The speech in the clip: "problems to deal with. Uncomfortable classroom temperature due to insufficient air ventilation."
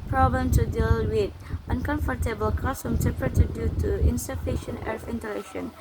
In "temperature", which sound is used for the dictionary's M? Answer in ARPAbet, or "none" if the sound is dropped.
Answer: none